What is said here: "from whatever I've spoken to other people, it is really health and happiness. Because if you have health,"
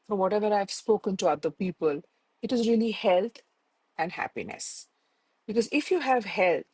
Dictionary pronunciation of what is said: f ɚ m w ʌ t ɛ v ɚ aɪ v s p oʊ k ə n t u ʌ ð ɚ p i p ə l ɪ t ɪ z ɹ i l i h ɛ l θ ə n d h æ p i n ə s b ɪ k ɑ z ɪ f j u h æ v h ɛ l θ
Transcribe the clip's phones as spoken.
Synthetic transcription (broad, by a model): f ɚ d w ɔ t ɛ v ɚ aɪ v s p oʊ k ə n t u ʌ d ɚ p i p ə l ɪ t ɪ z ɹ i l i h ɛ l t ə n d h æ p i n ə s b ɪ k ɑ z ɪ f j u h æ v h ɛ l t